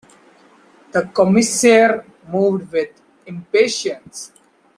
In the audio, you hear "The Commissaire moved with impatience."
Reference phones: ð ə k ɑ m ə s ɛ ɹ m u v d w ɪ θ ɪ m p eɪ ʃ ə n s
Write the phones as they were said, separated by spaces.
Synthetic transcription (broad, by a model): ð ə k ɑ m ə s ɛ ɹ m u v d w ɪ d ɪ m p eɪ ʃ ə n s